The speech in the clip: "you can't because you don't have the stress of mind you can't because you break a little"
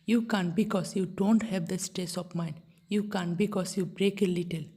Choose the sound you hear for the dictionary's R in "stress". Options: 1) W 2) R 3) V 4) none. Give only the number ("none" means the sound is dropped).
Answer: 4